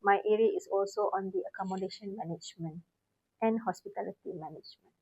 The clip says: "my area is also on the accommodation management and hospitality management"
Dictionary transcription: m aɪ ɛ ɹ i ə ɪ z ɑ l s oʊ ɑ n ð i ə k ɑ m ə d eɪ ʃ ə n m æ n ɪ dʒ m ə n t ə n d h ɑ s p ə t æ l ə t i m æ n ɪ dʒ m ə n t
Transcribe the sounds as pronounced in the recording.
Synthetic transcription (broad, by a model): m aɪ ɛ ɹ i ə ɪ s ɑ l s oʊ ɑ n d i ə k ɑ m ə d eɪ ʃ ə n m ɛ n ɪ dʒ m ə n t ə n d h ɑ s p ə t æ l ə t i m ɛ n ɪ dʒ m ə n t